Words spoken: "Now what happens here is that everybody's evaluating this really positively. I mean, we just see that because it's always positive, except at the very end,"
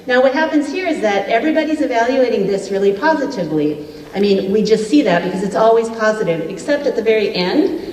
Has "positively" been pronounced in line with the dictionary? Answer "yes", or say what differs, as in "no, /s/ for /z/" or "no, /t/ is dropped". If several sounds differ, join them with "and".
yes